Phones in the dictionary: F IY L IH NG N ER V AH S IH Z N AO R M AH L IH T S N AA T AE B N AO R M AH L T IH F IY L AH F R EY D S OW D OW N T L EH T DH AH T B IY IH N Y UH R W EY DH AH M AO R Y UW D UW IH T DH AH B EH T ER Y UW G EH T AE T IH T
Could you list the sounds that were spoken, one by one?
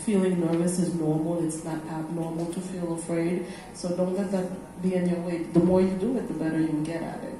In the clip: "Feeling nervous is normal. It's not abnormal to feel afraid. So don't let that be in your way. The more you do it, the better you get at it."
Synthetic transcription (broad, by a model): F IY L IH NG N ER V AH S IH Z N AO R M L IH T S N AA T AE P N AO R M L T IH F IY L AH F R EY D S OW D OW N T L EH T DH AH T B IY IH N Y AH R W EY DH AH M AO R Y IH D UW IH T DH AH B EH T ER Y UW G EH T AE T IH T